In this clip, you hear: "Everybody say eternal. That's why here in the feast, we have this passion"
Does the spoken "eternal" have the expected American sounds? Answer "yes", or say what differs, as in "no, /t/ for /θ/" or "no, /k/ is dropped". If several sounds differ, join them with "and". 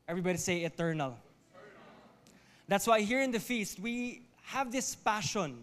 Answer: yes